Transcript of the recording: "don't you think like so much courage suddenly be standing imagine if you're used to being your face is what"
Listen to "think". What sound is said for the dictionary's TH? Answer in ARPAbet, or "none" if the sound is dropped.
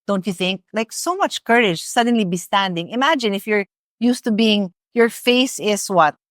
TH